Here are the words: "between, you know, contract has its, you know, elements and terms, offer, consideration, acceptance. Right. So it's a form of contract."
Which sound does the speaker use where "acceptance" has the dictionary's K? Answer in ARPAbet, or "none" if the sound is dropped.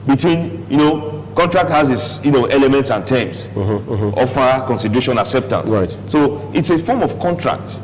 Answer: K